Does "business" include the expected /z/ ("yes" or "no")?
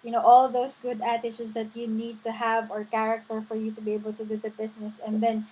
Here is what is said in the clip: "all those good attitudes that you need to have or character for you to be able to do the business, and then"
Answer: no